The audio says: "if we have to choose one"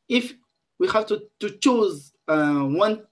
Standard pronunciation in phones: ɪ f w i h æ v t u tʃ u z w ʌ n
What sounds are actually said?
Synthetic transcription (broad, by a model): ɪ f w i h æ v t u tʃ u z w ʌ n